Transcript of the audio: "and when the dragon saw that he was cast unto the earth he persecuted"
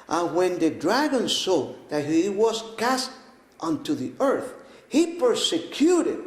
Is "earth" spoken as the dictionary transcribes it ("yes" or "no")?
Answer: yes